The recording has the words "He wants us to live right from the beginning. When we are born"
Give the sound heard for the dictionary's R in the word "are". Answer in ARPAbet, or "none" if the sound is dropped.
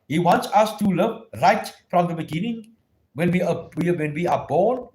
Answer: W